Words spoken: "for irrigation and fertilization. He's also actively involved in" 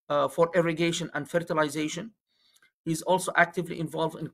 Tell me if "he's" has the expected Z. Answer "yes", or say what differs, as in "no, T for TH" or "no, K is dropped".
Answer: yes